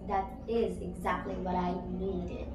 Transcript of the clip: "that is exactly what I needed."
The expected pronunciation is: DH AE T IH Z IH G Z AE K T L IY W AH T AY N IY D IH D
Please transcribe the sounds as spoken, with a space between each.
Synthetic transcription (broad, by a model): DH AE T IH Z IH G Z AE K T L IY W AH T AY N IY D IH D